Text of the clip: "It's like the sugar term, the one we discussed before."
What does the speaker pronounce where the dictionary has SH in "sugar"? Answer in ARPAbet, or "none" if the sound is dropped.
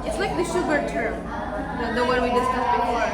SH